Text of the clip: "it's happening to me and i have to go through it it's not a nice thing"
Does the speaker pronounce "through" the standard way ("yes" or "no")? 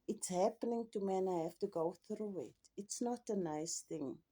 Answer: yes